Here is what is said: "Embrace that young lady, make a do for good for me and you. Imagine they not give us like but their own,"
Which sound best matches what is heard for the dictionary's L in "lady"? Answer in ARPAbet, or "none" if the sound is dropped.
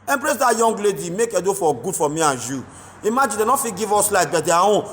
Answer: L